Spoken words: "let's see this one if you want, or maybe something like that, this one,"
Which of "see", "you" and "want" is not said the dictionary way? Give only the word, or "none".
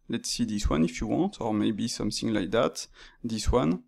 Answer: none